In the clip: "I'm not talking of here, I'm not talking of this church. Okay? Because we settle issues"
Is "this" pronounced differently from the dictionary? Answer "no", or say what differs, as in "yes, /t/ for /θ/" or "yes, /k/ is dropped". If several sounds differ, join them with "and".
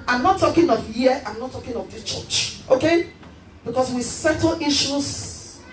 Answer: yes, /s/ is dropped